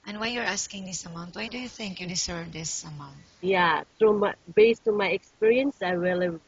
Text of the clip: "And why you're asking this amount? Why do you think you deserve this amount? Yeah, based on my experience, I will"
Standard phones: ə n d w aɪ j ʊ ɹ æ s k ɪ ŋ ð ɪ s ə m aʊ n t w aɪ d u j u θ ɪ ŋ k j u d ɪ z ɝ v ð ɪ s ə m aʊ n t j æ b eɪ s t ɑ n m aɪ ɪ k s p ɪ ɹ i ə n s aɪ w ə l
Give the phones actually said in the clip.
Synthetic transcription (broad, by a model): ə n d w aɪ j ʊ ɹ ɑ s k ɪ ŋ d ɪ s ə m aʊ n t w aɪ d u j u θ ɪ ŋ k j u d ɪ s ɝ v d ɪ s ə m aʊ n t j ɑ b eɪ s t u m aɪ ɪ k s p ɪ ɹ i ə n s aɪ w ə l